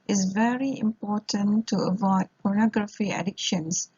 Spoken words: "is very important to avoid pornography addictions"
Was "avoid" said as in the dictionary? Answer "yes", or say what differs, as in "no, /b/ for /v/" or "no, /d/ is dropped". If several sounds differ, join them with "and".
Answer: yes